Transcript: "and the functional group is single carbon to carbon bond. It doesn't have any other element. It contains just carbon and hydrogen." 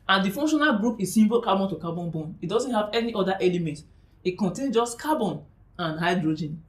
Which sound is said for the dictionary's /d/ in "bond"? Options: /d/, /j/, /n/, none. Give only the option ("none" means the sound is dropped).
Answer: none